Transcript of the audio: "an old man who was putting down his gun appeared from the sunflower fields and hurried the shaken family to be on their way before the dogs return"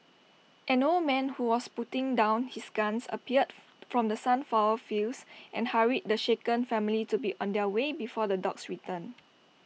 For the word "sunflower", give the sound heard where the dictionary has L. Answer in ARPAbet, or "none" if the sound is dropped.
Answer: none